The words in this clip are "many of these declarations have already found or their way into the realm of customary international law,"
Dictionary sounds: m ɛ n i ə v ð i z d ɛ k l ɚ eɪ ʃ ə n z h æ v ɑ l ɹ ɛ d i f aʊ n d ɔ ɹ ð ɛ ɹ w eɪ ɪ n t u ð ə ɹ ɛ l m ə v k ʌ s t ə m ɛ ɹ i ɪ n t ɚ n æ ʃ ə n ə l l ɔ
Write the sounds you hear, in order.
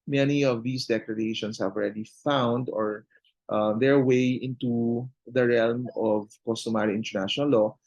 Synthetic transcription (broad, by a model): m ɛ n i ə v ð i s d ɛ k l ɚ eɪ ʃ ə n s h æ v ɑ l ɹ ɛ d i f aʊ n d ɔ ɹ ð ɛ ɹ w eɪ ɪ n t u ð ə ɹ ɛ l m ə v k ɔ s t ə m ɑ ɹ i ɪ n t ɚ n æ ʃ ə n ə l l ɔ